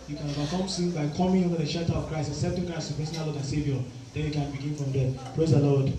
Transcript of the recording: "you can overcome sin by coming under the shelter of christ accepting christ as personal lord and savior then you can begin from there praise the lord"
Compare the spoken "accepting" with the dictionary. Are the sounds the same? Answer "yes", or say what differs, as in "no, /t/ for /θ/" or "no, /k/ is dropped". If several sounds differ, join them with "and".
no, /k/ is dropped